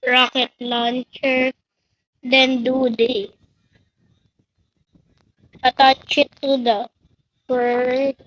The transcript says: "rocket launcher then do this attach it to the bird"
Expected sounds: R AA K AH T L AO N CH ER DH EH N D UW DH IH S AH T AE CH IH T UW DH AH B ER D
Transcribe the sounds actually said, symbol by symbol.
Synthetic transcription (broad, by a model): R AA K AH T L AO N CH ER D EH N D UW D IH AH T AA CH IH T UW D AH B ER